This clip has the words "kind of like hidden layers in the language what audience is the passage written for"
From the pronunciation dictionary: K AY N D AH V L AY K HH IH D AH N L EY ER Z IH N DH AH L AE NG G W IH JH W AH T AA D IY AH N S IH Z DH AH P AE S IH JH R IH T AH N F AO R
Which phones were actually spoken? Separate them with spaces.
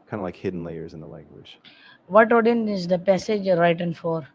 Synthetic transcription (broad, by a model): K AY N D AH L AY K HH IH D N L EY ER Z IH N DH AH L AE NG G W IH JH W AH T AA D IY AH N IH Z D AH P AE S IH JH R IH T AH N F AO R